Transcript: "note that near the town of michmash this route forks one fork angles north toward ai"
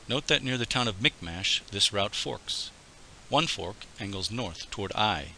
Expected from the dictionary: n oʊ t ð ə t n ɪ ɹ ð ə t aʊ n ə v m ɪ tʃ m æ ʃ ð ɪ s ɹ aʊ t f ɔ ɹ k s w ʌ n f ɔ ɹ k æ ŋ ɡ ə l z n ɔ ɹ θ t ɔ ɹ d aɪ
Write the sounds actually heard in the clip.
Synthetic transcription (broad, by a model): n oʊ t ð ə t n ɪ ɹ ð ə t aʊ n ə v m ɪ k m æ ʃ ð ɪ s ɹ aʊ t f ɔ ɹ k s w ʌ n f ɔ ɹ k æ ŋ ɡ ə l z n ɔ ɹ θ t ɔ ɹ d aɪ